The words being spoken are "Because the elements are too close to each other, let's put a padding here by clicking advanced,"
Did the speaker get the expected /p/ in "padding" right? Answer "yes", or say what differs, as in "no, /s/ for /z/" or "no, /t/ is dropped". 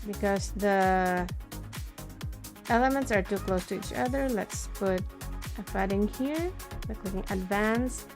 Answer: no, /f/ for /p/